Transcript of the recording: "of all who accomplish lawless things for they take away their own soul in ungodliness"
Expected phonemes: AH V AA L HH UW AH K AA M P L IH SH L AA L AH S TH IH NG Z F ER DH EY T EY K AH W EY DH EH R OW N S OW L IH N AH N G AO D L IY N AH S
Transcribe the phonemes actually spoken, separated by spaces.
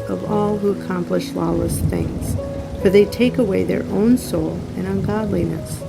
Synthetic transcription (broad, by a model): AH V AA L HH UW AH K AA M P L IH SH L AA L AH S TH IH NG Z F ER DH EY T EY K AH W EY DH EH R OW N S OW L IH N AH N G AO D L IY N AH S